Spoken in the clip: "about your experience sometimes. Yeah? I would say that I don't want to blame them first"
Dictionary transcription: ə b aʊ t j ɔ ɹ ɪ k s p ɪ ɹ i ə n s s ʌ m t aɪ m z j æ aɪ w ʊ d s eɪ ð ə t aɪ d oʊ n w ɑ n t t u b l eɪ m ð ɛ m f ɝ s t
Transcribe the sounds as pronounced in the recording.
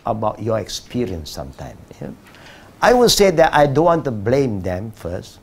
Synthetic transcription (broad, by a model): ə b aʊ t j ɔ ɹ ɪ k s p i ɹ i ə n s s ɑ m t aɪ m j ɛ aɪ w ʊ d s eɪ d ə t aɪ d oʊ n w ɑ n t t u b l eɪ m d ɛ m f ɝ s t